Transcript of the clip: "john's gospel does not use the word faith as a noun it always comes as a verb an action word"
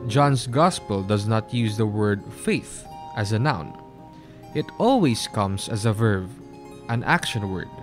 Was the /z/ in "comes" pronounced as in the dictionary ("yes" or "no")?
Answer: no